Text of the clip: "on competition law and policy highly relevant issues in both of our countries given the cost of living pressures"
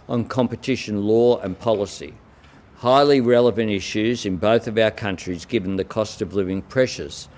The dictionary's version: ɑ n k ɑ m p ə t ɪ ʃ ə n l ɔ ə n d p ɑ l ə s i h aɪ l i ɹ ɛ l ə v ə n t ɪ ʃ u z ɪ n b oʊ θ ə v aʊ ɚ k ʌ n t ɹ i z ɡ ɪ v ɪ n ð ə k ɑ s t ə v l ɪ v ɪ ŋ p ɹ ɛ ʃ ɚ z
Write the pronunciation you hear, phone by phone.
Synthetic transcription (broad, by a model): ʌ n k ɑ m p ə t ɪ ʃ ə n l ɔ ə n p ɑ l ə s i h aɪ l i ɹ ɛ l ə v ə n t ɪ ʃ u z ɪ n b oʊ θ ə v aʊ ɚ k ʌ n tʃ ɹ i z ɡ ɪ v n ð ə k ɑ s t ə v l ɪ v ɪ ŋ p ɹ ɛ ʃ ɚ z